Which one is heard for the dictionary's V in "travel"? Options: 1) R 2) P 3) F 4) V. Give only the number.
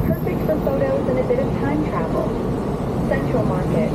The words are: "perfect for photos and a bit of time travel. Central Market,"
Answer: 4